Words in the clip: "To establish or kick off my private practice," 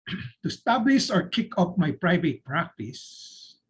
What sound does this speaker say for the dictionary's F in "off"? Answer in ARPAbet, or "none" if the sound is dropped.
P